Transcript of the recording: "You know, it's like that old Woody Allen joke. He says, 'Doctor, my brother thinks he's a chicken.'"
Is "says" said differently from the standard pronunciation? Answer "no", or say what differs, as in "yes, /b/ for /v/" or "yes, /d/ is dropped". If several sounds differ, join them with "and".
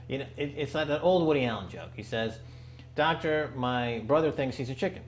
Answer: no